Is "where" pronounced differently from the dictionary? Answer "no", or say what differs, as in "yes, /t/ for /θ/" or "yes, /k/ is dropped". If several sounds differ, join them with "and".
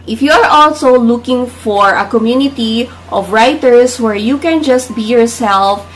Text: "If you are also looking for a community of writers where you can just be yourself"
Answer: no